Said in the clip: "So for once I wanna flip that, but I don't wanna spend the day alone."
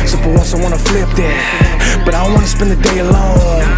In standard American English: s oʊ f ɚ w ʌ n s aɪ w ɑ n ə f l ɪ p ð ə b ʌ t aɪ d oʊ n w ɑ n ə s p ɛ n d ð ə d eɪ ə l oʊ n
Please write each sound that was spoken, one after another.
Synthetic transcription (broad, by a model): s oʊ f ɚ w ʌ l s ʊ w ɑ n ə f l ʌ p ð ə b ʌ t aɪ d oʊ n w ɑ n ə s p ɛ n ð ə d eɪ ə l oʊ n